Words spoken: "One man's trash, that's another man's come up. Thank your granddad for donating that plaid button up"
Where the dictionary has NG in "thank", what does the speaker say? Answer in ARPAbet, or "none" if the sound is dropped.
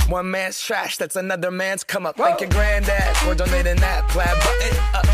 none